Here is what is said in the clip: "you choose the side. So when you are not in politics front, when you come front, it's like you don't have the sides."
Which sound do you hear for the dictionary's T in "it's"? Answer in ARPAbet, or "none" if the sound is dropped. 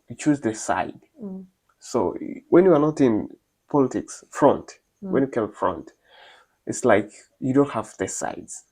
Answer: T